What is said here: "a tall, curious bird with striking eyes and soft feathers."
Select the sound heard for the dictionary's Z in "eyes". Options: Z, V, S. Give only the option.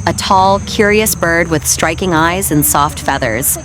Z